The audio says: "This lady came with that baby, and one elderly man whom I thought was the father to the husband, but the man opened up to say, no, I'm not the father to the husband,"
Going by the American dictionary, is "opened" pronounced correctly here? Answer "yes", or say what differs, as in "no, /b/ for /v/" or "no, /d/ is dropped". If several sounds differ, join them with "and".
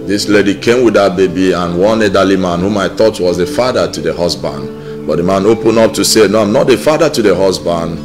no, /d/ is dropped